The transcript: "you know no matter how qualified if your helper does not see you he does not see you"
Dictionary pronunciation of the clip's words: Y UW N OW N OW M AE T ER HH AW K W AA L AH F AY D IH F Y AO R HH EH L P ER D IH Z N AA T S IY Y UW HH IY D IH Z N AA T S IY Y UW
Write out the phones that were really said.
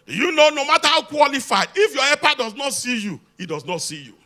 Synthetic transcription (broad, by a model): Y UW N OW N OW M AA T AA HH AW K W AA L AH F AY D IH F Y AO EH P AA D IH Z N AA T S IY Y UW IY D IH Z N AA T S IY Y UW